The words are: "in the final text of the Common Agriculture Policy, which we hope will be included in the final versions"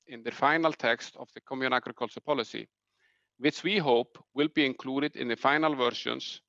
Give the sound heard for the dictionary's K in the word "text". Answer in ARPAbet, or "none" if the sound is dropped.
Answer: K